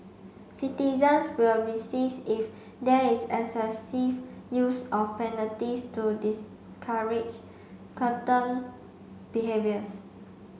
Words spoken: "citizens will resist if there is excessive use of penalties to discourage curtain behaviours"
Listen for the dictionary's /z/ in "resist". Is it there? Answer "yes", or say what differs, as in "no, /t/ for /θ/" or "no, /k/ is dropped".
no, /s/ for /z/